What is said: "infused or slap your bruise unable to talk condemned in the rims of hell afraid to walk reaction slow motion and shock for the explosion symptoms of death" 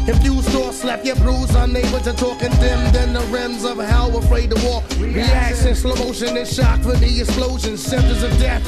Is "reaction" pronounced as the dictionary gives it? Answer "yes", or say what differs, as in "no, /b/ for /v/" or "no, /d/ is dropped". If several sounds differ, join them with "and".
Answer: no, /s/ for /ʃ/